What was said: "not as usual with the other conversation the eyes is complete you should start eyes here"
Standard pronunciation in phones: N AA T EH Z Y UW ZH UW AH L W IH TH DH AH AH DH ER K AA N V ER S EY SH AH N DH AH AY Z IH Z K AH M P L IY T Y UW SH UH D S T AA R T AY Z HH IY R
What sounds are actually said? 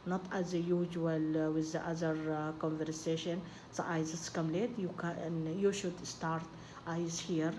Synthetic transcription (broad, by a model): N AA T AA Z Y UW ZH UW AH L W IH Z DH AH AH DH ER K AA N V ER S EY SH AH N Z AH AY Z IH S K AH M L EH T Y UW SH UH D S T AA R T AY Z HH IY R